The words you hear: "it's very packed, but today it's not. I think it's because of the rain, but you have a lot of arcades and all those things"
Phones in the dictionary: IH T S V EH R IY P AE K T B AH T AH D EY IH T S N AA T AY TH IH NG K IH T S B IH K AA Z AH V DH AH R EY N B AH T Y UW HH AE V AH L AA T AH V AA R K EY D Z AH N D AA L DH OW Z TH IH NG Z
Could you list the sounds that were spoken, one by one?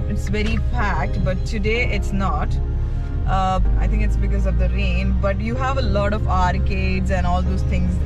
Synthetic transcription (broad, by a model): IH T S V EH R IY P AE K T B AH T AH D EY IH T S N AA T AY T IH NG K IH T S B IH K AA Z AH V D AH R EY N B AH T Y UW HH AE V AH L AA T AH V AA R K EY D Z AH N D AA L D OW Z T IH NG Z